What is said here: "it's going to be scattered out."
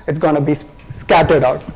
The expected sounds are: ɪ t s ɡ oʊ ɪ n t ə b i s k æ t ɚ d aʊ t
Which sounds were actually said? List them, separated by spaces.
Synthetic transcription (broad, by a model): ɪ t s ɡ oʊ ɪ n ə b i s k æ t ɚ d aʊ t